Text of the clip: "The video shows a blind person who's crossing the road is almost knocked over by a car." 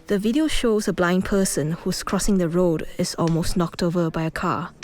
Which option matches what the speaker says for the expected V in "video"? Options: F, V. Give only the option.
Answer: V